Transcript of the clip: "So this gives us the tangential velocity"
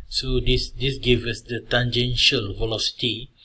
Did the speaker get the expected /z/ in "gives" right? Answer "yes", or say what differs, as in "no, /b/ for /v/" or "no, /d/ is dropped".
no, /z/ is dropped